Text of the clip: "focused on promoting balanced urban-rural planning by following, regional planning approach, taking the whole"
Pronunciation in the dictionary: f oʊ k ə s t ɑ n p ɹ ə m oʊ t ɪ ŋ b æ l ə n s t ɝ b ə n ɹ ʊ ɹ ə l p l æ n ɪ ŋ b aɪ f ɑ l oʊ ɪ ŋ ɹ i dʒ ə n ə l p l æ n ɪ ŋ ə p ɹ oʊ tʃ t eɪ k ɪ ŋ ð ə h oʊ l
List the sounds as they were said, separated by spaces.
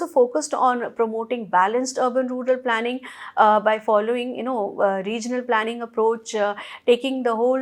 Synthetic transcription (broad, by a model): f oʊ k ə s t ɑ n p ɹ ə m oʊ t ɪ ŋ b æ l ə n s t ɝ b ə n ɹ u ɹ ə l p l æ n ɪ ŋ b aɪ f ɑ l oʊ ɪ ŋ ɹ i dʒ ə n ə l p l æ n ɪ ŋ ə p ɹ oʊ tʃ t eɪ k ɪ ŋ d ə h oʊ l